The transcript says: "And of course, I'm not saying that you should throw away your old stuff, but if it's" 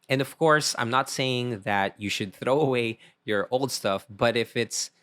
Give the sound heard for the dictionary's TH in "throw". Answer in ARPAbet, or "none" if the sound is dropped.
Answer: TH